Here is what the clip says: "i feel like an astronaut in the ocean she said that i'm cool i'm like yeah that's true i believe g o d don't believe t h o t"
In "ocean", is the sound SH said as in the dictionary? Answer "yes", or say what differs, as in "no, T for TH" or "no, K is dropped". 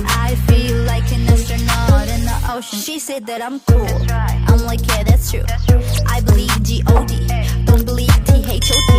no, SH is dropped